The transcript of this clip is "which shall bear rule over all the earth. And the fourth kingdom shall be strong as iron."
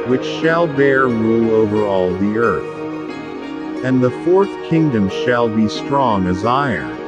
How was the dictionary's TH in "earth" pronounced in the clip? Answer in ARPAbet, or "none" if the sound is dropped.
TH